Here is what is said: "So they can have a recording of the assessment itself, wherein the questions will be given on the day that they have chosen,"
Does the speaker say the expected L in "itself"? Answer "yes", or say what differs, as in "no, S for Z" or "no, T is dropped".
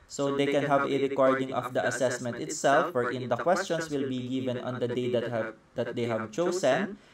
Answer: yes